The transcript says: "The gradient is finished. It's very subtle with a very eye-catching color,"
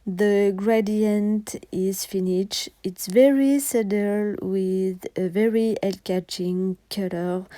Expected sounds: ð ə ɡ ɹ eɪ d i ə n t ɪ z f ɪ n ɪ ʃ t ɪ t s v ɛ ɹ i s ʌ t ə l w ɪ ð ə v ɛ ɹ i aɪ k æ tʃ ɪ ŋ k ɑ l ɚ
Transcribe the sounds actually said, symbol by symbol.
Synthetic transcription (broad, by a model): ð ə ɡ ɹ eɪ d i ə n t ɪ z f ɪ n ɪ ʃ ɪ t s v ɛ ɹ i s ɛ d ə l w ɪ ð ə v ɛ ɹ i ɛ k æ tʃ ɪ ŋ k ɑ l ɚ